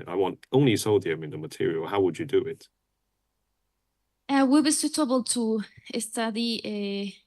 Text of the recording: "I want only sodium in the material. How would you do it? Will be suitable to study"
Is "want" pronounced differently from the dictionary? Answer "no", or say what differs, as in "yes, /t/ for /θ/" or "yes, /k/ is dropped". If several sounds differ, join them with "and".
no